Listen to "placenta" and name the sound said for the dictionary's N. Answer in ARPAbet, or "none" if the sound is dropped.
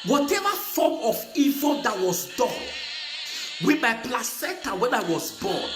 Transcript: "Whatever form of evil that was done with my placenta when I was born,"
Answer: none